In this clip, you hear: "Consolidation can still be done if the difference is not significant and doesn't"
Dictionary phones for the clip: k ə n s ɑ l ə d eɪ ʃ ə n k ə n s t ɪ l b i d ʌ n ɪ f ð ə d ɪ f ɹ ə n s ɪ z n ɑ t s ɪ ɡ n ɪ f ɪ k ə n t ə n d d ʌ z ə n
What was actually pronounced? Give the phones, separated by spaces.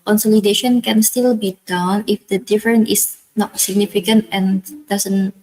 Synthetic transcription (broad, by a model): k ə n s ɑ l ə d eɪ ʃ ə n k ə n s t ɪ l b i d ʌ n ɪ f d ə d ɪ f ɹ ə n ɪ s n ɑ t s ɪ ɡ n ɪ f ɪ k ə n t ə n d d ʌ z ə n